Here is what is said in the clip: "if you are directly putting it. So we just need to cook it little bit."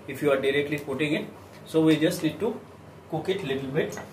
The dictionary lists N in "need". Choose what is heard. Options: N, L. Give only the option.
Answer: L